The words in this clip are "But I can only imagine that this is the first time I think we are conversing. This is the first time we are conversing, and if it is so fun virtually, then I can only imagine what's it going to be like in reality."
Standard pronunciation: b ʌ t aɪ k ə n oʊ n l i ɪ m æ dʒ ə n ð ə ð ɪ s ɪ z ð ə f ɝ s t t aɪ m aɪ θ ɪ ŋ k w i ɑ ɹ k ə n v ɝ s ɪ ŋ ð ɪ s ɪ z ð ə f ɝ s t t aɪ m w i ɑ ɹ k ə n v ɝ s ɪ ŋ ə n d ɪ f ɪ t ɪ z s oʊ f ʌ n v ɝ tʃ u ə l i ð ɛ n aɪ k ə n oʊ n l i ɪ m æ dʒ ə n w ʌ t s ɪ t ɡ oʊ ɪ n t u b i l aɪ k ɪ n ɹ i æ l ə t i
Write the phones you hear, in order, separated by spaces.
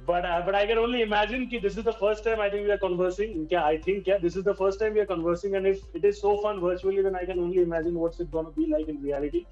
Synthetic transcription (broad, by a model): b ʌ t aɪ k ə n oʊ n l i ɪ m æ dʒ ə n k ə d ɪ s ɪ z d ə f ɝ s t t aɪ m aɪ t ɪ ŋ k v i ɑ ɹ k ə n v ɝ s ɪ ŋ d ɪ s ɪ z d ə f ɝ s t t aɪ m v i ɑ ɹ k ə n v ɝ s ɪ ŋ ə n d ɪ f ɪ t ɪ z s oʊ f ʌ n v ɝ tʃ u ə l i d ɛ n aɪ k ə n oʊ n l i ɪ m æ dʒ ə n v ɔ t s ɪ t ɡ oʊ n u b i l aɪ k ɪ n ɹ i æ l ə t i